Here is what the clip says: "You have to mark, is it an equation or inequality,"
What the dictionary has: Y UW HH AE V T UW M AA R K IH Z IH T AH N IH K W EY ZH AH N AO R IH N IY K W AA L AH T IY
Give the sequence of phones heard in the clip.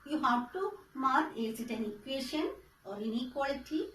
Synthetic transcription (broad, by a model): Y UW HH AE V T UW M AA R IH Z IH T AH N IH K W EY SH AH N AO R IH N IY K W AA L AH T IY